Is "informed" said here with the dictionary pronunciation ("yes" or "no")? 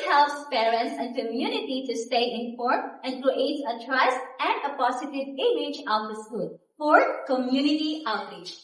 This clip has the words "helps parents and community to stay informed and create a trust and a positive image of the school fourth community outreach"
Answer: no